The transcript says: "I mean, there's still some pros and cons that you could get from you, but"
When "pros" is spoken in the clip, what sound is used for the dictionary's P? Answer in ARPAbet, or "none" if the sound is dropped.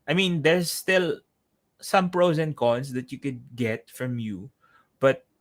P